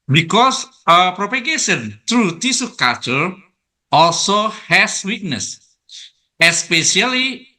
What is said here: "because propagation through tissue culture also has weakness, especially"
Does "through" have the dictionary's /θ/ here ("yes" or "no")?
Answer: no